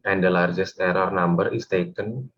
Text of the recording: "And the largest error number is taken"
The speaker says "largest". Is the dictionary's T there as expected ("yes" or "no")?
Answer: yes